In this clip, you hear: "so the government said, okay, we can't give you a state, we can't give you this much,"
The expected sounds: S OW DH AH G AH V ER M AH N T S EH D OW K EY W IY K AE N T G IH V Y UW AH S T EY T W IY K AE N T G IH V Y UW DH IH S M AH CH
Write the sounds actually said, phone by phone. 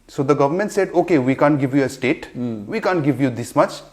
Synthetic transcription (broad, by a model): S OW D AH G AH V ER M AH N T S EH D OW K EY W IY K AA N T G IH V Y UW AH S T EY T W IY K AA N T G IH V Y UW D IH S M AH CH